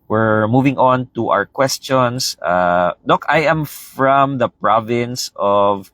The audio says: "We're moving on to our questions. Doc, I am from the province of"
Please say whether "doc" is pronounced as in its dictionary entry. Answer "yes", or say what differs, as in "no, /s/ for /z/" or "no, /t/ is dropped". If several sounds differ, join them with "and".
yes